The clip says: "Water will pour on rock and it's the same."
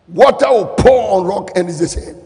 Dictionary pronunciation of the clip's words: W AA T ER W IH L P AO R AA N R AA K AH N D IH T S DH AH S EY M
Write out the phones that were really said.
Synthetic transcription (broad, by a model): W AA T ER W IH L P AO AA N R AA K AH N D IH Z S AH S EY